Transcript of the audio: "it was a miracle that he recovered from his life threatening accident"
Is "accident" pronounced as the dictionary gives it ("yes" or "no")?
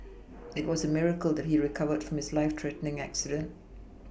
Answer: yes